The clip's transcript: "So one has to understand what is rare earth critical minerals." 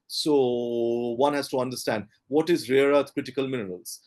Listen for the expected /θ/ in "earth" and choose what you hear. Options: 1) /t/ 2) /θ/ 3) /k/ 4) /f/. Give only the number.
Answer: 1